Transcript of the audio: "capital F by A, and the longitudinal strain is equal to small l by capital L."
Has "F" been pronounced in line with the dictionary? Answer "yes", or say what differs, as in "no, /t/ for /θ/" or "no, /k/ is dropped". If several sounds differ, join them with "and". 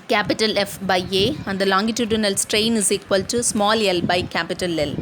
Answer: yes